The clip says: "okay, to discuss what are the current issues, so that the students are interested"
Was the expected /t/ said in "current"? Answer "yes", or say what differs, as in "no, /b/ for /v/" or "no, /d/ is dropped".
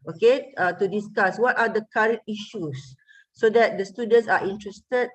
yes